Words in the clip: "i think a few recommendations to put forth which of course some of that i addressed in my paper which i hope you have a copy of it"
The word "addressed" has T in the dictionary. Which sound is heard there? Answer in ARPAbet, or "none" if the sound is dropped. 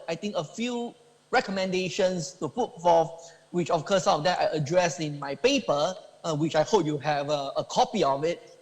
none